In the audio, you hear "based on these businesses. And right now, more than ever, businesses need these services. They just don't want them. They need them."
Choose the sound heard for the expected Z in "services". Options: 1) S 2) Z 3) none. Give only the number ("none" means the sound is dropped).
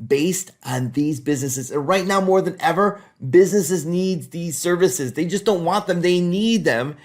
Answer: 2